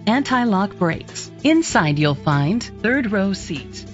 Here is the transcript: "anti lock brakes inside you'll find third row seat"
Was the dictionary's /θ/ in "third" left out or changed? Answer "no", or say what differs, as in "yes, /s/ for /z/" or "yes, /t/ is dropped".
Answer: no